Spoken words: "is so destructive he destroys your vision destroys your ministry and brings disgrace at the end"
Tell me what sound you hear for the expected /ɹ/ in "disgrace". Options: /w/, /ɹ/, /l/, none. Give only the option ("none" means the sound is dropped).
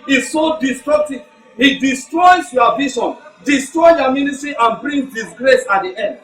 /ɹ/